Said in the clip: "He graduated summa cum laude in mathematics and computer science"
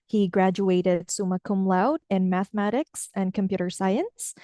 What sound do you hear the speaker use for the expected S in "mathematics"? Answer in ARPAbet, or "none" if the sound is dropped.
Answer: S